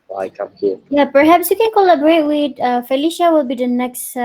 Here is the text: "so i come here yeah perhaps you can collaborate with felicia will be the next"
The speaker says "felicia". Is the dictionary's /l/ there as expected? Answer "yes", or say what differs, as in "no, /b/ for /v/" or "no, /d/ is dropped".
yes